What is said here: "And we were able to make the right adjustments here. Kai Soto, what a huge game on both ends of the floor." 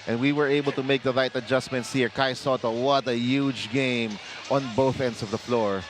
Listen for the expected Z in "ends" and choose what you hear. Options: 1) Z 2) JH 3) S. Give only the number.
3